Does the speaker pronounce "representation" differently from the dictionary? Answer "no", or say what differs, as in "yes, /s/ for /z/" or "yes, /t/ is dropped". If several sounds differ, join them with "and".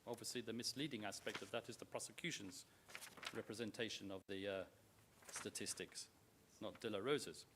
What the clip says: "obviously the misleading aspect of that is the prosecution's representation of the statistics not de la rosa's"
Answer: no